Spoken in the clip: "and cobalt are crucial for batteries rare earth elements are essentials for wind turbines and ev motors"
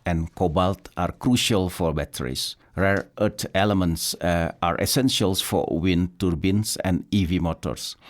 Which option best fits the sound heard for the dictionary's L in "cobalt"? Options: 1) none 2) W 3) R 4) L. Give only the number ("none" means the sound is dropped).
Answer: 4